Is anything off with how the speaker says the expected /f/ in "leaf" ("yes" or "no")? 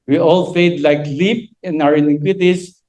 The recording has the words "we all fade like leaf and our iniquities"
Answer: yes